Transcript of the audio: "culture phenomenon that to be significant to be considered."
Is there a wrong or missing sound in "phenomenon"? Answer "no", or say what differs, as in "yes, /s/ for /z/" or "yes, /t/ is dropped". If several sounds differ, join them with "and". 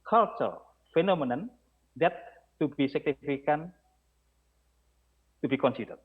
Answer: no